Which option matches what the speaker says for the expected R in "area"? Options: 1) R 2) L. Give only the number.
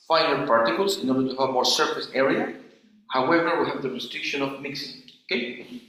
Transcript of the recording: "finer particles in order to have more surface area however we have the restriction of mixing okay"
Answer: 1